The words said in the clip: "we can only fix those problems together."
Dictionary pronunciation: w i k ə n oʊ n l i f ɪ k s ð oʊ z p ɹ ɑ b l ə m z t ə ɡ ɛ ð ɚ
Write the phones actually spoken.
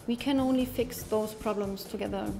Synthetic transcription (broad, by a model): w i k ə n oʊ n l i f ɪ k s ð oʊ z p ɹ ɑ b l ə m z t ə ɡ ɛ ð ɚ